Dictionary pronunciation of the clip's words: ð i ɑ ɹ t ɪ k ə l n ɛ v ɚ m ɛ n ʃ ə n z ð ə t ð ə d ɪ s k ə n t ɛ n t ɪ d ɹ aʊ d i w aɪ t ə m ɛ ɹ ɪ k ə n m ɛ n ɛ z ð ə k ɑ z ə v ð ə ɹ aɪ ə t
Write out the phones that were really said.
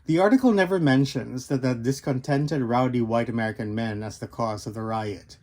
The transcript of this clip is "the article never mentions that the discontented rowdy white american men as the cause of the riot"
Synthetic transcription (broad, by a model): ð i ɑ ɹ t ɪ k l n ɛ v ɚ m ɛ n ʃ ə n z ð ə t ð ə d ɪ s k ə n t ɛ n t ɪ d ɹ aʊ d i w aɪ t ə m ɛ ɹ ɪ k ə n m ɛ n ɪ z ð ə k ɑ z ə v ð ə ɹ aɪ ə t